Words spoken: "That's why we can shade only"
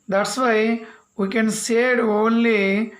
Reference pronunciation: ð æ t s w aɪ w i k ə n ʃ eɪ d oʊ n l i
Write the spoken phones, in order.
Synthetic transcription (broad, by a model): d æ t s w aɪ w i k ə n s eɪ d oʊ n l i